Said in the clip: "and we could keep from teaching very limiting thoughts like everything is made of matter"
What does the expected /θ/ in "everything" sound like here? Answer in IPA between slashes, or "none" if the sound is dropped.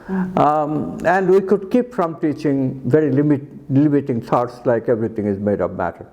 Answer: /t/